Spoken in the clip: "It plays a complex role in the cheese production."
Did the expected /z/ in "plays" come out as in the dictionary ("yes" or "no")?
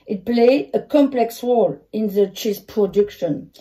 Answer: no